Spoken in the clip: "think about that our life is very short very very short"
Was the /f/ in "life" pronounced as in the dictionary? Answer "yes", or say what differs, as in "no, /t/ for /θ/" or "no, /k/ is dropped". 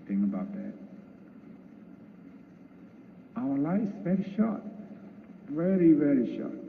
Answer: no, /f/ is dropped